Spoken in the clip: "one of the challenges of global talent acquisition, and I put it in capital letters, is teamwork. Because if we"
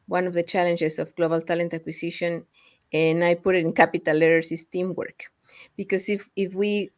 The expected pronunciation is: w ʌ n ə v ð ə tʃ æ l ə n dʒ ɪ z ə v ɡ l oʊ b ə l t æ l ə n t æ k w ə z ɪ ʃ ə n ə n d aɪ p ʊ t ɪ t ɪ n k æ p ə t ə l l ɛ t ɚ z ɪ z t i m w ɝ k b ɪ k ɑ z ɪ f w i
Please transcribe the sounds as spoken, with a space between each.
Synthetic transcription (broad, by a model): w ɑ n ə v ð ə tʃ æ l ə n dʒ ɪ s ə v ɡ l oʊ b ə l t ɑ l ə n t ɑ k w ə s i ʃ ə n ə n aɪ p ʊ t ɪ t ɪ n k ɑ p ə t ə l l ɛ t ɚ s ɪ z t i m w ɝ k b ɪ k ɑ s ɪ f w i